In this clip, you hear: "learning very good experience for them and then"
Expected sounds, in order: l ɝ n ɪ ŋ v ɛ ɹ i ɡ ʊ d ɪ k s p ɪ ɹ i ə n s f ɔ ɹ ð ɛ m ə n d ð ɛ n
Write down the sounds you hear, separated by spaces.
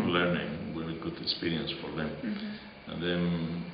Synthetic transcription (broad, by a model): l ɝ n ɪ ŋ w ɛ i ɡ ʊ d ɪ k s p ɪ ɹ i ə n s f ɔ ɹ ð ɛ m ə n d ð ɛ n